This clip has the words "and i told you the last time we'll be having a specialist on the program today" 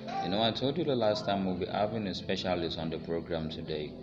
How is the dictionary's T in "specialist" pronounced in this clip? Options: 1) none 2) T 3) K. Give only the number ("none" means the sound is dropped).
1